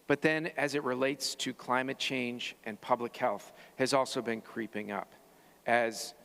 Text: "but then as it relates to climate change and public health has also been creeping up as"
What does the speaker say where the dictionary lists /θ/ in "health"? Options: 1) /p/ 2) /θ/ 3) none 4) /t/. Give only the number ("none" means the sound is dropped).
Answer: 2